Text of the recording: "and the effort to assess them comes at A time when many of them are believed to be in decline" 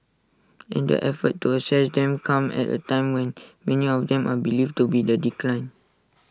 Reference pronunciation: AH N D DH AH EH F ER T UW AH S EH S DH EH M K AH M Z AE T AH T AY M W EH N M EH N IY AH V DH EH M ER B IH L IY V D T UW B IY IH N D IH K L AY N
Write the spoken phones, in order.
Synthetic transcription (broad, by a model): AH N D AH EH F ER T UW AH S EH S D EH M K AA M EH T AH T AY M W EH N M EH N IY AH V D EH M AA B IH L IY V T UW B IY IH D IH K L AY N